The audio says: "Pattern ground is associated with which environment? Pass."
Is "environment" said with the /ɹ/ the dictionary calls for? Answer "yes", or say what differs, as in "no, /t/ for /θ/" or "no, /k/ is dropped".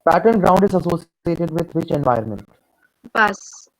no, /ɹ/ is dropped